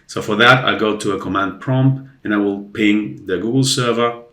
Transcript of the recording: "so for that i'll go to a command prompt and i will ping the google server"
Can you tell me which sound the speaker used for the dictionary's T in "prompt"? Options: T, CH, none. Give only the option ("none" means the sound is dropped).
none